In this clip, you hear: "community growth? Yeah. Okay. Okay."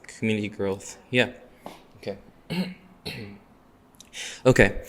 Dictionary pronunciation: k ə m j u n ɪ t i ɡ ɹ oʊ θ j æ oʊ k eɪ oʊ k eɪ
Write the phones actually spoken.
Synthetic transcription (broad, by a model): k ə m j u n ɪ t i ɡ ɹ oʊ θ j æ oʊ k eɪ oʊ k eɪ